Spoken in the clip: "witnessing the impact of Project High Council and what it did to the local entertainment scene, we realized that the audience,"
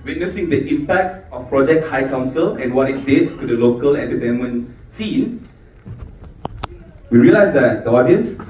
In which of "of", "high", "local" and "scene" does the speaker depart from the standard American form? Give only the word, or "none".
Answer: of